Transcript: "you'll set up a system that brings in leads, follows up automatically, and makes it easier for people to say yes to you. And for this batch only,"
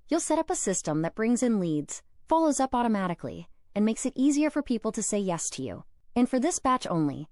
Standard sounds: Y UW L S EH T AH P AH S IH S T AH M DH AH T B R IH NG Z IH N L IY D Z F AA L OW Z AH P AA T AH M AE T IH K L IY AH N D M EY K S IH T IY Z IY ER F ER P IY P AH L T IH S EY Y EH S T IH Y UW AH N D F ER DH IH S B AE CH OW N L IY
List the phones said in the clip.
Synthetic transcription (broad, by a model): Y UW L S EH T AH P AH S IH S T AH M DH AH T B R IH NG Z IH N L IY D Z F AA L OW Z AH P AA T AH M AE T IH K L IY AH N M EY K S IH T IY Z IY ER F ER P IY P L T IH S EY Y EH S T IH Y UW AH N F ER DH IH S B AE CH OW N L IY